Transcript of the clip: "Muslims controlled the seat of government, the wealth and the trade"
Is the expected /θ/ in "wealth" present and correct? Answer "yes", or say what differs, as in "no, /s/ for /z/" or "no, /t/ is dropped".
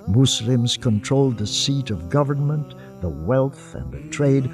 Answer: yes